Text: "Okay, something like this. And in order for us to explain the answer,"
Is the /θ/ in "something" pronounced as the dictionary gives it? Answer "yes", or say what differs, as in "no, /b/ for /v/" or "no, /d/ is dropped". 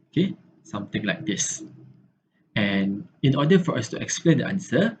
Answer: no, /t/ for /θ/